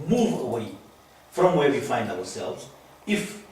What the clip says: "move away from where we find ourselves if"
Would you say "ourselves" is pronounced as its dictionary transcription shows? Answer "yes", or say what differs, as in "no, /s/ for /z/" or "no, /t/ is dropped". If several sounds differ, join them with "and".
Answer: no, /w/ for /ɹ/